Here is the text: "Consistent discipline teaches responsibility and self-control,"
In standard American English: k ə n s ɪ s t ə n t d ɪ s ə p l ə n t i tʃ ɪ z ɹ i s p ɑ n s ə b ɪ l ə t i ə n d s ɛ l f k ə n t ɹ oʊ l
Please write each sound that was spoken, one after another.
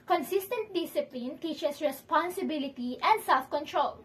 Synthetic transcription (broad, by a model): k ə n s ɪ s t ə n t d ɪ s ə p l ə n t i tʃ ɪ s ɹ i s p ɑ n s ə b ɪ l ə t i ə n d s ɛ l f k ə n t ɹ oʊ l